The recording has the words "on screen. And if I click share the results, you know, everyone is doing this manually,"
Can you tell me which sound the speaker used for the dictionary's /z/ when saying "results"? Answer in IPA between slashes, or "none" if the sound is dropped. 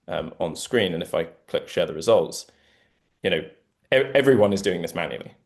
/z/